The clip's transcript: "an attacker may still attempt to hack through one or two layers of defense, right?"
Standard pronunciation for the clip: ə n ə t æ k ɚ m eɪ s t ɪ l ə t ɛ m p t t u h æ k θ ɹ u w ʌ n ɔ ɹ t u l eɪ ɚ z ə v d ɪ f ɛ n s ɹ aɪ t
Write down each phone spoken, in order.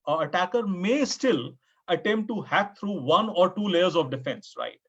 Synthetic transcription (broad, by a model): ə ə t æ k ɚ m eɪ s t ɪ l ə t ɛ m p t t u h æ k t ɹ u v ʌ n ɔ ɹ t u l eɪ ɚ z ə v d ɪ f ɛ n s ɹ aɪ t